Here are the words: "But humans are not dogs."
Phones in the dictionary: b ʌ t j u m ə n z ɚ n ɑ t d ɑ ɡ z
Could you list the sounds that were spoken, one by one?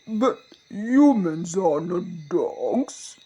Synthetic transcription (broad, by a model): b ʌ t j u m ə n z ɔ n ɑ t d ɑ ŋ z